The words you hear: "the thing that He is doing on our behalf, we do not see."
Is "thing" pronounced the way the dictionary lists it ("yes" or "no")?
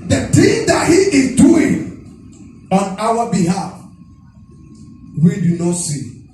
no